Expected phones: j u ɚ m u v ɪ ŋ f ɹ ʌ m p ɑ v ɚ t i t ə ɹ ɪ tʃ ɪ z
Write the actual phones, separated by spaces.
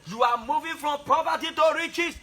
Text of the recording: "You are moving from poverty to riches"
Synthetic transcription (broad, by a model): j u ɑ m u v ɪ f ɹ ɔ m p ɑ p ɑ t i t ə ɹ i tʃ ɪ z